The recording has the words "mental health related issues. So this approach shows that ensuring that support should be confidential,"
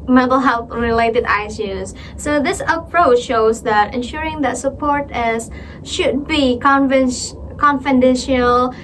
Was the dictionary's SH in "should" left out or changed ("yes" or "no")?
no